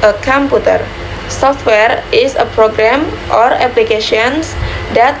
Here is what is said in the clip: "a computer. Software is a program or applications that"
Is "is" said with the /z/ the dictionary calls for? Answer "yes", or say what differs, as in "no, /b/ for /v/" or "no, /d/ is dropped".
no, /s/ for /z/